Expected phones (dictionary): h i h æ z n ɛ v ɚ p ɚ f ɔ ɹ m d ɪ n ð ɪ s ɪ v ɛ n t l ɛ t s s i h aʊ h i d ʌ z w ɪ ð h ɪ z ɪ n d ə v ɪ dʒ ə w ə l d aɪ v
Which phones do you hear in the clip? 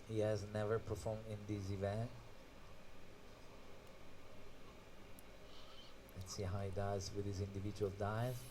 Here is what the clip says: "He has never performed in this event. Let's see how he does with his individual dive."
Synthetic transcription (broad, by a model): h i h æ z n ɛ v ɚ p ɚ f ɔ ɹ m d ɪ n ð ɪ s ɪ v ɛ n t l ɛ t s s i h aʊ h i d ʌ z w ɪ ð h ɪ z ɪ n d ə v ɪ dʒ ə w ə l d aɪ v